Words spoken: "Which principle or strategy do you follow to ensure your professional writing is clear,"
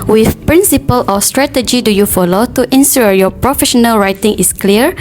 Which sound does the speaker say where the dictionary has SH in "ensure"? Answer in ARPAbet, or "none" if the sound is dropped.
S